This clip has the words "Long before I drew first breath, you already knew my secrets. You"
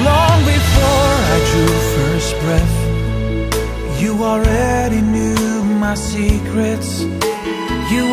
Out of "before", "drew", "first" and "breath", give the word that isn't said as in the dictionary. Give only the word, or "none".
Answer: none